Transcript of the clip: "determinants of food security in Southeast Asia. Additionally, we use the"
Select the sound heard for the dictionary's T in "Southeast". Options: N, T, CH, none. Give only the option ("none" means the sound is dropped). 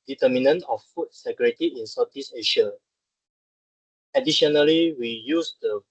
none